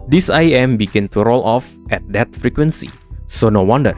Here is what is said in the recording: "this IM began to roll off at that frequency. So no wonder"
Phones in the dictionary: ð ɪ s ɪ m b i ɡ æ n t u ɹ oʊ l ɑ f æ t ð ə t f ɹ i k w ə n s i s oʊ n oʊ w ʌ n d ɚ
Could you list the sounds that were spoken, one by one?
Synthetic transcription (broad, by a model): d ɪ s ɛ m b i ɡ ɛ n t u ɹ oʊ l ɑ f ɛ t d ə t f ɹ i k w ə n s i s oʊ n oʊ w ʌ n d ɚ